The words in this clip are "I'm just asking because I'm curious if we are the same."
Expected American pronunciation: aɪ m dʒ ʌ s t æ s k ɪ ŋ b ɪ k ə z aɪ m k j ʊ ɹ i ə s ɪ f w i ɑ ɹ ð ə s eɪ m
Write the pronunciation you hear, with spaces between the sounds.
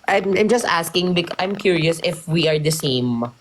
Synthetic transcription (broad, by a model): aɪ m dʒ ʌ s t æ s k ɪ ŋ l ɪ ə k aɪ m k j ʊ ɹ i ə s ɪ f w i ɑ ɹ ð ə s eɪ m